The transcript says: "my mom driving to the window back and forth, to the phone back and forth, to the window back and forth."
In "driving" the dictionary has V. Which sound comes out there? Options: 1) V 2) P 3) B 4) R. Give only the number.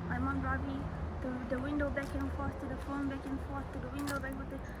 3